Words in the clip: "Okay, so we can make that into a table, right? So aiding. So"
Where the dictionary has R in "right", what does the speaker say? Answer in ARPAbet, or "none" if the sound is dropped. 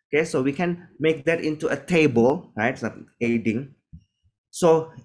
R